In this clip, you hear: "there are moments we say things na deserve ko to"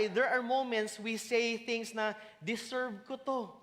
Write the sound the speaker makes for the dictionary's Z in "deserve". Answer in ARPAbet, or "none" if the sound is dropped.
S